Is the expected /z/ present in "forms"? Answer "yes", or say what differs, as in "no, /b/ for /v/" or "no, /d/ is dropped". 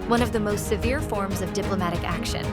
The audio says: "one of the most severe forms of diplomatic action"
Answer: yes